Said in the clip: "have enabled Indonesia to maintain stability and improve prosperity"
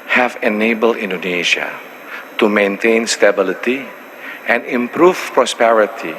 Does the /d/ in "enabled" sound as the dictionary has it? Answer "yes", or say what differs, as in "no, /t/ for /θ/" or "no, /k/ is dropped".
no, /d/ is dropped